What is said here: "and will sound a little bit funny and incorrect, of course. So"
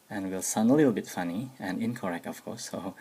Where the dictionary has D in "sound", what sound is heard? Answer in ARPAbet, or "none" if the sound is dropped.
none